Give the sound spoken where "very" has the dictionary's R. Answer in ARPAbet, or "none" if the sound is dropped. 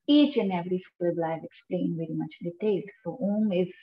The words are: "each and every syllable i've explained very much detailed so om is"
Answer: R